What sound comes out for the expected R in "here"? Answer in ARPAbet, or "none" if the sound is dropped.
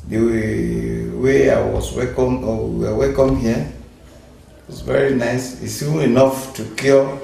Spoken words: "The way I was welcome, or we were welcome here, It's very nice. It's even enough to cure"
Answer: W